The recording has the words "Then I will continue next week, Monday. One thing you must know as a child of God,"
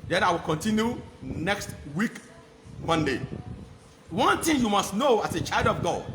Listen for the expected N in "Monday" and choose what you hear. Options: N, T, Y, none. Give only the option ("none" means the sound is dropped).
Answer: N